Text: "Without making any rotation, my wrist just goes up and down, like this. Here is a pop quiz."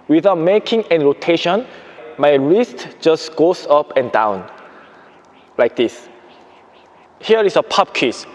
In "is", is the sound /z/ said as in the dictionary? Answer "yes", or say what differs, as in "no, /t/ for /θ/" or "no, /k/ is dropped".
no, /s/ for /z/